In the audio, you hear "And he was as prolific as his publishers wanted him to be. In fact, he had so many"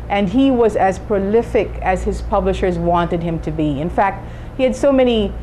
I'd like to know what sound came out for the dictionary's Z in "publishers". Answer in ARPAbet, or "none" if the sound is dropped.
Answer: Z